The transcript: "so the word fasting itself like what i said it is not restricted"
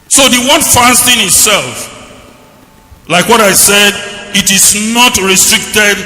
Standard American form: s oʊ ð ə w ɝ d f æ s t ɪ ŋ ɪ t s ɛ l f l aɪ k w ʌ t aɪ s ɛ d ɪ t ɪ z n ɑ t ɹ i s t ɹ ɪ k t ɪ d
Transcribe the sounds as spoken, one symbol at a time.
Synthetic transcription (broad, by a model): s oʊ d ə w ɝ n f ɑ s t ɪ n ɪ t s ɛ l f l aɪ k w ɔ t aɪ s ɛ d ɪ t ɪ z n ɑ t ɹ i s t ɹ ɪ k t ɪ d